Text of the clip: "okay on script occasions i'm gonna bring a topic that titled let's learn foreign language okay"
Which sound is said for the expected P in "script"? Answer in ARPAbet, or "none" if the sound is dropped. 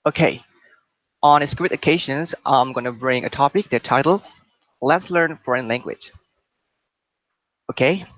none